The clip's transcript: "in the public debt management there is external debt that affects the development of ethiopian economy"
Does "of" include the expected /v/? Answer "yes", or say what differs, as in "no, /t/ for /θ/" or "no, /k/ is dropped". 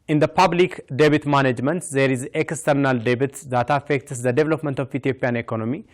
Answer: no, /f/ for /v/